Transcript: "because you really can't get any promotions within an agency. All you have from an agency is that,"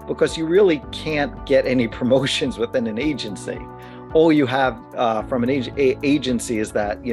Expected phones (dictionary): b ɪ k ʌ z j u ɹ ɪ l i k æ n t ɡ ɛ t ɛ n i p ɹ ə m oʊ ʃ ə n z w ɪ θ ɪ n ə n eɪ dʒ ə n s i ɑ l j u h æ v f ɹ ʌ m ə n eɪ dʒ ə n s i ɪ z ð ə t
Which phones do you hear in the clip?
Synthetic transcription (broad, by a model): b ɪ k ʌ z j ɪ ɹ ɪ l i k æ n ɡ ɛ t ɛ n i p ɹ ə m oʊ ʃ ə n z w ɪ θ ɪ n ə n eɪ dʒ ə n s i ɑ l j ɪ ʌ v f ɹ ʌ m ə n eɪ dʒ ə n s i ɪ z ð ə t